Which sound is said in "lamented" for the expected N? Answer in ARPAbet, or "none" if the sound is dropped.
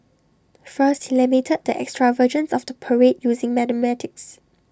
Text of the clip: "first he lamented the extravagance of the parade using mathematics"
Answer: none